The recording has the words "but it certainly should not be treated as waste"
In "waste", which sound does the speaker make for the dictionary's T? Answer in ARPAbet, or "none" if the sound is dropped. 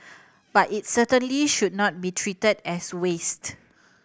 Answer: T